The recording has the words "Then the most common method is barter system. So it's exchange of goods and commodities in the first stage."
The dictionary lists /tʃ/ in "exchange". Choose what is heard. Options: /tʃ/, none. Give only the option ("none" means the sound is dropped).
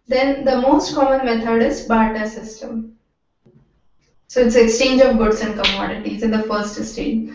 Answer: /tʃ/